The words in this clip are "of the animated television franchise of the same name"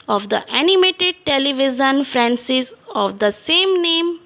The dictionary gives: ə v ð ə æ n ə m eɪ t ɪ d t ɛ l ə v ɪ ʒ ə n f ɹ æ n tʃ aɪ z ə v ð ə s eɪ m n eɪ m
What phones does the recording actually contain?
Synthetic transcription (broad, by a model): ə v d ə æ n ə m eɪ t ɪ d t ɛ l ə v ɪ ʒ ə n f ɹ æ n s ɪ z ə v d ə s eɪ m n eɪ m